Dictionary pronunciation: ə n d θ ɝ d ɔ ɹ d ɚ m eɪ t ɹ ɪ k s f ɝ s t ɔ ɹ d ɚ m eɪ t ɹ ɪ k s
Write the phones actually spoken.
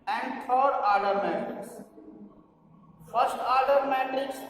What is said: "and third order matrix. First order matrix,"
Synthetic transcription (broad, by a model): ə n d t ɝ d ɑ ɹ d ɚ m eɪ t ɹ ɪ k s f ɝ s t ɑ ɹ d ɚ m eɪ t ɹ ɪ k s